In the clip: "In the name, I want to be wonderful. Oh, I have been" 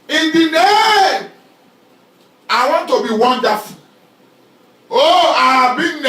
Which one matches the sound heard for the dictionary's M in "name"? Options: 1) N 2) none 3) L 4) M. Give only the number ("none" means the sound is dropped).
2